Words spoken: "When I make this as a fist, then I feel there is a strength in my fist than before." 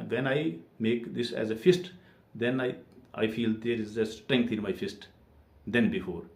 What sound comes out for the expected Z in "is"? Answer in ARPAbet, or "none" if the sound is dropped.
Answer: Z